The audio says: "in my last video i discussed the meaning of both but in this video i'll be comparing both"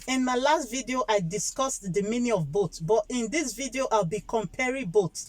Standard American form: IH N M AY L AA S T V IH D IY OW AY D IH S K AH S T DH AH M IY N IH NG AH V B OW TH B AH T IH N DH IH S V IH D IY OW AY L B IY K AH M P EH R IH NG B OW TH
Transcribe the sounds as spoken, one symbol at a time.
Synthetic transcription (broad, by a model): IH N M AY L AA S T V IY D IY OW AY D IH S K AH S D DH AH M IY N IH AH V B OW S B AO T IH N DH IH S V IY D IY OW AY L B IY K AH M P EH R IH B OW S